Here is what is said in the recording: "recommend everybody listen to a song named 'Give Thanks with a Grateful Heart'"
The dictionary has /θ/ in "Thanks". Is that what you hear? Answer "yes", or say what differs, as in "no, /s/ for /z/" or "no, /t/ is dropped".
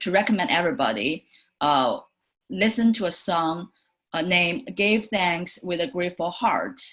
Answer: yes